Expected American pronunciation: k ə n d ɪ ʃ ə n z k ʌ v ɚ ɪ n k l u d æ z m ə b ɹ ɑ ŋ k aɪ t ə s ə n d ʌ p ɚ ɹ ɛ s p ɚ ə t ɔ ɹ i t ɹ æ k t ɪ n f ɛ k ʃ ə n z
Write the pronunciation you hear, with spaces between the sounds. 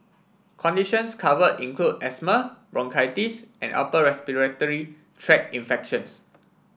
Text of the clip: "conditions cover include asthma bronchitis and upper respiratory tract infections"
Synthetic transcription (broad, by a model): k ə n d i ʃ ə n s k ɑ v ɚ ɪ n k l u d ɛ s m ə b ɹ ɑ ŋ k aɪ t ə s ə n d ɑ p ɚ ɹ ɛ s p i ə t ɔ ɹ i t ɹ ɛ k ɪ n f ɛ k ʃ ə n s